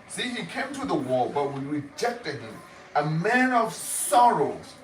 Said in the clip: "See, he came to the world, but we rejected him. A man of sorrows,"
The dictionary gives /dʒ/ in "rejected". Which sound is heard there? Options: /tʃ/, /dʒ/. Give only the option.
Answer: /dʒ/